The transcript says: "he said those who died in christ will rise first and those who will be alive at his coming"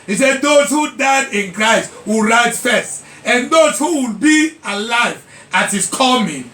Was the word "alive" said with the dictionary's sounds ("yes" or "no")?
yes